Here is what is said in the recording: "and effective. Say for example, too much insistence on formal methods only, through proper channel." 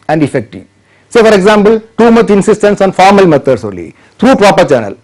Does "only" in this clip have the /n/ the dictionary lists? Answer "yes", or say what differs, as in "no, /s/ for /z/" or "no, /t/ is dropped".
no, /n/ is dropped